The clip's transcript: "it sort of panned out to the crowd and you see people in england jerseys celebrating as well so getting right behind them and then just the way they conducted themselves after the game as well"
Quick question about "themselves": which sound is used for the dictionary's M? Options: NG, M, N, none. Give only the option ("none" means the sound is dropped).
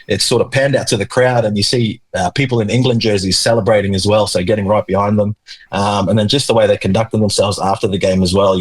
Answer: M